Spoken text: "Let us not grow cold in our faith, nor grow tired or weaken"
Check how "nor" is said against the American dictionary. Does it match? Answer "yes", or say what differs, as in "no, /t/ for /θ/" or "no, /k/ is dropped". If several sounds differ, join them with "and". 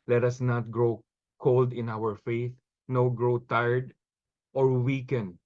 no, /w/ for /ɹ/